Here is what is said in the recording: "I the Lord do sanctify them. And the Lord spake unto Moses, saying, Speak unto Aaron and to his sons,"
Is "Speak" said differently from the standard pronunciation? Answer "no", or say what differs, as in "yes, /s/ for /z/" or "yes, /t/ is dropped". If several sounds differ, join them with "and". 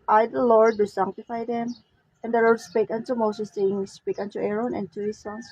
no